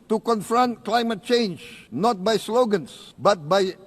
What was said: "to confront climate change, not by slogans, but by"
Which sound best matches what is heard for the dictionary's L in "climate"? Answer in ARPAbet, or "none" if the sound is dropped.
L